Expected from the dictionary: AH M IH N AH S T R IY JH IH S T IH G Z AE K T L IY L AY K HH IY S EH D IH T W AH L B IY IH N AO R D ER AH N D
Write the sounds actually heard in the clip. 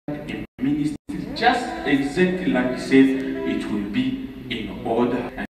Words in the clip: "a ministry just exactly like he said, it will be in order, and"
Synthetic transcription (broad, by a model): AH M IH N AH S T IY JH IH S T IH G Z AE K T L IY L AY K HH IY S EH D IH T W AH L B IY IH N AO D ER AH